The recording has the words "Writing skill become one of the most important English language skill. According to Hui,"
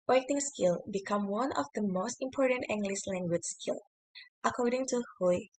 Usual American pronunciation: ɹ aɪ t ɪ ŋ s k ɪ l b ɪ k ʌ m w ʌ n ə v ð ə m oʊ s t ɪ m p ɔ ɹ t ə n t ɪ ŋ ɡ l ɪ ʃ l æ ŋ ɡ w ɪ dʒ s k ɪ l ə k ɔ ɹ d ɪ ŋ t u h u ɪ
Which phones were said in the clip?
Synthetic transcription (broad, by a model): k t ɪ ŋ s k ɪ l b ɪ k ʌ m w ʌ n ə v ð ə m oʊ s t ɪ m p ɔ ɹ t ə n t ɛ ŋ ɡ l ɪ s l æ ŋ ɡ w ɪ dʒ s k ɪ l ə k ɔ ɹ d ɪ ŋ t u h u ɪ